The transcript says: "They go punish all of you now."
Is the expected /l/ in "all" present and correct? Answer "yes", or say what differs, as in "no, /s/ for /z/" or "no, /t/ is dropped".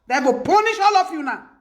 yes